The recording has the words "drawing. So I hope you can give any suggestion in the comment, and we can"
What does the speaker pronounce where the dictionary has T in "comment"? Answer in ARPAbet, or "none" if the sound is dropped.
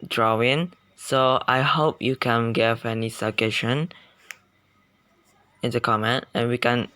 T